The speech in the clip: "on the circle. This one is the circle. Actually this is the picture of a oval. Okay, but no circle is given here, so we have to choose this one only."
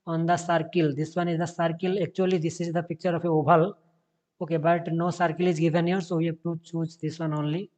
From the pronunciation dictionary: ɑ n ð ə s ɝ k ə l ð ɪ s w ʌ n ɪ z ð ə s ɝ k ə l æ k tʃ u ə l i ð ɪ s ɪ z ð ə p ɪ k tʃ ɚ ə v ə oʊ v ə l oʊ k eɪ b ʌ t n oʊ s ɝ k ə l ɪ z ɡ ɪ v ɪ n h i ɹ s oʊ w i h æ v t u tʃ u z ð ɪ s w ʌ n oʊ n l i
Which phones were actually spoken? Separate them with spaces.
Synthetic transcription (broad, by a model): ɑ n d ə s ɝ k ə l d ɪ s w ʌ n ɪ z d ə s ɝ k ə l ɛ k tʃ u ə l i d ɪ s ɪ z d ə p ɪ k tʃ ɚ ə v ə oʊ b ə l oʊ k eɪ b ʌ t n oʊ s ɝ k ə l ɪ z ɡ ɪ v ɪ n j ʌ ɹ s oʊ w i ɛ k t u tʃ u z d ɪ s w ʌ n oʊ n l i